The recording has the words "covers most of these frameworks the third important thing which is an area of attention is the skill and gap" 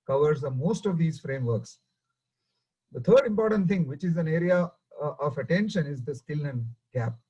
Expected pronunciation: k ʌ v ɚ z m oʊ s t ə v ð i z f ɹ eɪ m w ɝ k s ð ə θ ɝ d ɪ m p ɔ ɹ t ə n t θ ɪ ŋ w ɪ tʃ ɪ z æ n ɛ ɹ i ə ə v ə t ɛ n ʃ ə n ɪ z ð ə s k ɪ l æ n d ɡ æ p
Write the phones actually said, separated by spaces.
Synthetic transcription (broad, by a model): k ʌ v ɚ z m oʊ s t ə v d i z f ɹ eɪ m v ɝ k s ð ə t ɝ d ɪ m p ɔ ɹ t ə n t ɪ ŋ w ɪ tʃ ɪ z æ n ɛ ɹ i ə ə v ə t ɛ n ʃ ə n ɪ z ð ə s k ɪ l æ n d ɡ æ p